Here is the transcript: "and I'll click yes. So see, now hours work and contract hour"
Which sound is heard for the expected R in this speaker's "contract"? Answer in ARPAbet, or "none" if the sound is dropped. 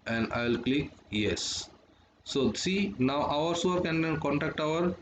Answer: none